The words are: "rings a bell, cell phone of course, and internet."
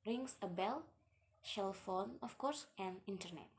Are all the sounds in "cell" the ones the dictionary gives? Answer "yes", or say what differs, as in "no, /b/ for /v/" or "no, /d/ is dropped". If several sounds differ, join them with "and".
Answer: no, /ʃ/ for /s/